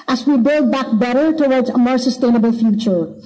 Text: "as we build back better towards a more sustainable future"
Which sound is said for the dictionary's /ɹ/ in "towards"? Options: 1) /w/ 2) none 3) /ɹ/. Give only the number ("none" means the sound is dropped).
3